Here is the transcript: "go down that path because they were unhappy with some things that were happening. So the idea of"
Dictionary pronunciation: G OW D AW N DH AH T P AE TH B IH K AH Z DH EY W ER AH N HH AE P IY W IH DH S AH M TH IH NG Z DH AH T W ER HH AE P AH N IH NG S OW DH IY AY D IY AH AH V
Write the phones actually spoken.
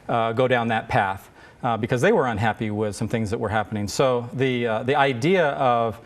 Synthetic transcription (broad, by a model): G OW D AW N DH AH T P AE TH B IH K AH Z DH EY W ER AH N HH AE P IY W IH DH S AH M TH IH NG Z DH AH T W ER HH AE P AH N IH NG S OW DH IY AY D IY AH AH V